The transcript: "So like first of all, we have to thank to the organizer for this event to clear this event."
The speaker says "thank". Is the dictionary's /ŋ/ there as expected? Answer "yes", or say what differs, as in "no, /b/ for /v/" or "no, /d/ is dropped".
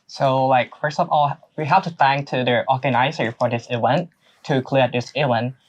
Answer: yes